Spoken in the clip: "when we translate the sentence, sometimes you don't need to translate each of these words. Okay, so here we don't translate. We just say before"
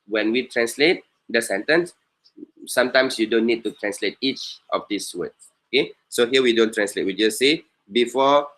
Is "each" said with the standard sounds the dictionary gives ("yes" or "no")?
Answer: yes